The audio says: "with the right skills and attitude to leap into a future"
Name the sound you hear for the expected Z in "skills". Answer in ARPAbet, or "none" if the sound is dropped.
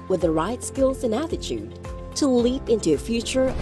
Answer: Z